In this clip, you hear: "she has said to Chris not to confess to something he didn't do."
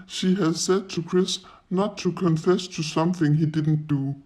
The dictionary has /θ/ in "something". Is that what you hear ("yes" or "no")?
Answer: yes